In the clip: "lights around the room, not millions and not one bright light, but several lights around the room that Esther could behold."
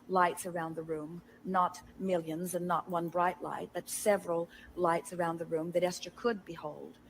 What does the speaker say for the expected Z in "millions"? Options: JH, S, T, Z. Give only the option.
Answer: Z